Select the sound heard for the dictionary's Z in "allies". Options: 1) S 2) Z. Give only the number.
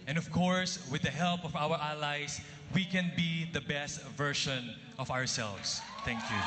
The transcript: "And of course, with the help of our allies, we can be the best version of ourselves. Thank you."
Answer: 1